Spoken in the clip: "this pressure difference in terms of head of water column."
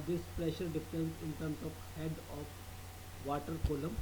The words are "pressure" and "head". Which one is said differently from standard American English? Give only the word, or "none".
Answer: none